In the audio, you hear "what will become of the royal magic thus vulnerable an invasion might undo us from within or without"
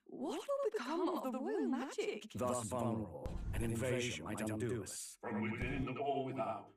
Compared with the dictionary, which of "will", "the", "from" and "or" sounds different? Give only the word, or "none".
or